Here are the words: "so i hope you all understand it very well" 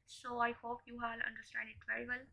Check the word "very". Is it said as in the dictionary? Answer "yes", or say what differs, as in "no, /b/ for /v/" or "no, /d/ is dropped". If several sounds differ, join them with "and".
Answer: no, /ɹ/ is dropped